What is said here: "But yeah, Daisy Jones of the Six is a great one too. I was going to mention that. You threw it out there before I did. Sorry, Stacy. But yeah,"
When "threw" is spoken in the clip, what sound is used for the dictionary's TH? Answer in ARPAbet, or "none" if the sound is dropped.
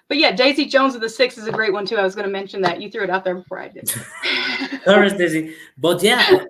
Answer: TH